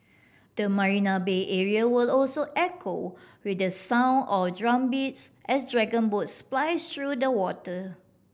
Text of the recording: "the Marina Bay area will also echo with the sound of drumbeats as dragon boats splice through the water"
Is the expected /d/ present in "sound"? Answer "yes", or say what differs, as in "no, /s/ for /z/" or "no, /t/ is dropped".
no, /d/ is dropped